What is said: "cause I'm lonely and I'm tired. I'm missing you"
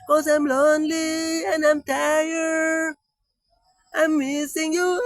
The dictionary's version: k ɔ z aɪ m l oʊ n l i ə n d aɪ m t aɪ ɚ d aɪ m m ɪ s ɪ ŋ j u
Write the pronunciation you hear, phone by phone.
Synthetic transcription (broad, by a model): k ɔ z aɪ m l oʊ n l i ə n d aɪ m t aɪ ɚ aɪ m m ɪ s ɪ ŋ j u